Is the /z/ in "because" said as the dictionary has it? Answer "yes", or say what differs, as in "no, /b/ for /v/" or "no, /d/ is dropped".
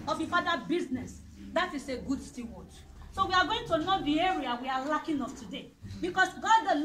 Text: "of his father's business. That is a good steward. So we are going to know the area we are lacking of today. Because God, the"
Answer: no, /s/ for /z/